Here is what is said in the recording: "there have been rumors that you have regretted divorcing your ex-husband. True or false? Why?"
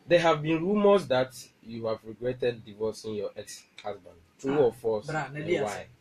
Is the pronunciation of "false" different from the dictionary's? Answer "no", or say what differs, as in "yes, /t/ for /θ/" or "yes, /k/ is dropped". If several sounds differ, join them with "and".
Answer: yes, /l/ is dropped